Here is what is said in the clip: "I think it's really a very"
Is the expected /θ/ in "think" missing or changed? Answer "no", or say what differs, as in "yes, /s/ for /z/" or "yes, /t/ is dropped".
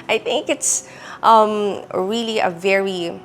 no